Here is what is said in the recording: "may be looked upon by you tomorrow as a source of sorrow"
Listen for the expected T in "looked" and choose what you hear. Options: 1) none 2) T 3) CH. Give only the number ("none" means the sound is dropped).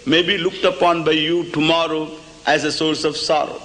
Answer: 2